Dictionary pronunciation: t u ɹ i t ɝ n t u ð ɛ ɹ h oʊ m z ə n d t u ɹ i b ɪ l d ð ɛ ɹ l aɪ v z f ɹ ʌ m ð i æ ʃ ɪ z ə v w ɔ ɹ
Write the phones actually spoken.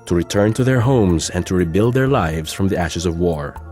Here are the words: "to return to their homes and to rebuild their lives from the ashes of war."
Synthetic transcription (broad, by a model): t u ɹ i t ɝ n t u ð ɛ ɹ h oʊ m z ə n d t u ɹ i b ɪ l d ð ɛ ɹ l aɪ v z f ɹ ʌ m ð i æ ʃ ɪ z ə v w ɔ ɹ